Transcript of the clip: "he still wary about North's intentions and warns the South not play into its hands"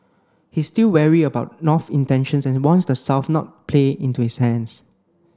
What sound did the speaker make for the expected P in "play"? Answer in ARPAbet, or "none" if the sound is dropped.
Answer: P